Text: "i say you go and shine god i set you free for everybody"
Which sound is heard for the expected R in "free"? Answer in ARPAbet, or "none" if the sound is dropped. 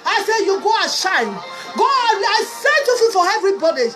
none